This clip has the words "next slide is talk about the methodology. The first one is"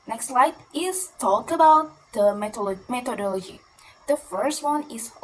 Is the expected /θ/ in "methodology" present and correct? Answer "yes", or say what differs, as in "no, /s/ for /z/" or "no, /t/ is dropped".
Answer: no, /t/ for /θ/